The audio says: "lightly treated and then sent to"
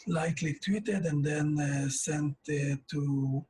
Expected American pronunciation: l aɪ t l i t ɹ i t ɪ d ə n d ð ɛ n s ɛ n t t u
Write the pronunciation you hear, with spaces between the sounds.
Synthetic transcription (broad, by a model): l aɪ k l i t w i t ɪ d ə n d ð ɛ n s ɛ n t t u